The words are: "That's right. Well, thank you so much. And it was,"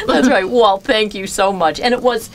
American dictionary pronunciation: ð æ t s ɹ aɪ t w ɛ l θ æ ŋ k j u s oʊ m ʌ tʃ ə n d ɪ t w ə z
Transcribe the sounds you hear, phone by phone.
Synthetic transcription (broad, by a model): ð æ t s ɹ aɪ t w ɛ l θ æ ŋ k j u s oʊ m ʌ tʃ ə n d ɪ t w ə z